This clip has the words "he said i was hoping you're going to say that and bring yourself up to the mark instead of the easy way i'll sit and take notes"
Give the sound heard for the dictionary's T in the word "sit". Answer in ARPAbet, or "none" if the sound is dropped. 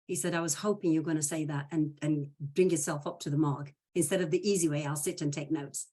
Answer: T